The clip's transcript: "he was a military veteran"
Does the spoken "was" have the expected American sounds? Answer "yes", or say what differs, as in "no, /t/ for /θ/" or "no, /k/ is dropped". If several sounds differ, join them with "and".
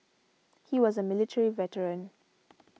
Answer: yes